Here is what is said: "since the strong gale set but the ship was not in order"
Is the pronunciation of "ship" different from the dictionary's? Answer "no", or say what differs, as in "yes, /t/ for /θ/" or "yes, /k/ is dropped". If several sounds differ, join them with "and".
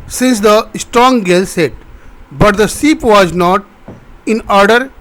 yes, /s/ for /ʃ/